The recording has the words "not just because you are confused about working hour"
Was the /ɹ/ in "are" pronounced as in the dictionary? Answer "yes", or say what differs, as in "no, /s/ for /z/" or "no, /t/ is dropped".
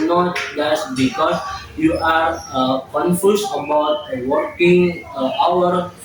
yes